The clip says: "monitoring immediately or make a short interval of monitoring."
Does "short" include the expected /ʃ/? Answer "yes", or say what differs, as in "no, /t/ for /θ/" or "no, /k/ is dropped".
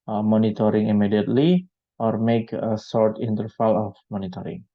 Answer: no, /s/ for /ʃ/